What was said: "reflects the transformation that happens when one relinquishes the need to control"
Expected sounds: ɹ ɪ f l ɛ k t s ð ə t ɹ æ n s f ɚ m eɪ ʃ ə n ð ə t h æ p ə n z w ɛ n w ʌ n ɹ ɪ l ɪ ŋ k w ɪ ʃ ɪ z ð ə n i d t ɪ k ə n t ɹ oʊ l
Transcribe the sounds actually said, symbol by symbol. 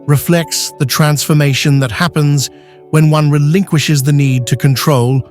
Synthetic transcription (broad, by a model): ɹ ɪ f l ɛ k t s ð ə t ɹ æ n s f ɚ m eɪ ʃ ə n ð ə t h æ p ə n z w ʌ n w ʌ n ɹ ɪ l ɪ ŋ k w ɪ ʃ ɪ z ð ə n i d t ɪ k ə n t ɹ oʊ l